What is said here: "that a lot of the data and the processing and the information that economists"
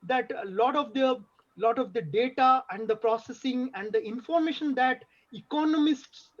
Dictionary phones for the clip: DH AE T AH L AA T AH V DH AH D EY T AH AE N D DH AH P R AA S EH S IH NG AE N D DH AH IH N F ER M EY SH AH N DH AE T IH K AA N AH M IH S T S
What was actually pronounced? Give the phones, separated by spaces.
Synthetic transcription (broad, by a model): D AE T AH L AA T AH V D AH D EY T AH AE N D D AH P R AA S EH S IH NG AE N D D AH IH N F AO M EY SH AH N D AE T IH K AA N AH M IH S T S